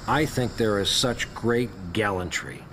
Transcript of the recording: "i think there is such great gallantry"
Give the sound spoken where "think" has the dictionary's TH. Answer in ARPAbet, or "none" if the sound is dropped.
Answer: TH